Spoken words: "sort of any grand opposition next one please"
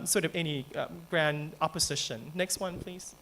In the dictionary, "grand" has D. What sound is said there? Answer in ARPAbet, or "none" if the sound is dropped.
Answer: D